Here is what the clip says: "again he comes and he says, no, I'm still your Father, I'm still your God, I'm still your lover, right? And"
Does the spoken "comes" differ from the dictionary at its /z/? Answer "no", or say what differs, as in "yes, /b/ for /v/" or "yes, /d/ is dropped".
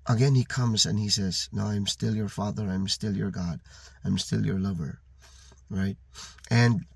no